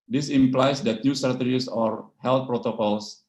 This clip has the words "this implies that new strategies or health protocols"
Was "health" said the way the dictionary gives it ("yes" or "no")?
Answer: no